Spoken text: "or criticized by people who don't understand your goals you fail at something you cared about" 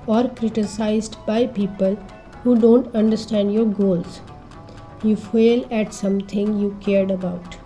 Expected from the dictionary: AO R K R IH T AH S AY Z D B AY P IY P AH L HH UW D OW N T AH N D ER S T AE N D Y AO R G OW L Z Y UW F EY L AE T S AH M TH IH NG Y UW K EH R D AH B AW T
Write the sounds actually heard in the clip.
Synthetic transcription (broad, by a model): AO R K R IH T AH S AY Z D B AY P IY P AH L HH UW D OW N T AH N D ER S T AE N D Y AO R G OW L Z Y UW F EY L AE T S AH M T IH NG Y UW K EH R D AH B AW T